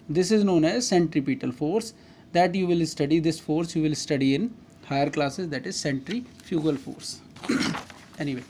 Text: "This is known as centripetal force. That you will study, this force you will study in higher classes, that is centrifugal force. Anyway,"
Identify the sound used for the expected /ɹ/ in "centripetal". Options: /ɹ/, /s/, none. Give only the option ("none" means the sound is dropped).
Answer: /ɹ/